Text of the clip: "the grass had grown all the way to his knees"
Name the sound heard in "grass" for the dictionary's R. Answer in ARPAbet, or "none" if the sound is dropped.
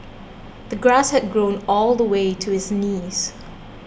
R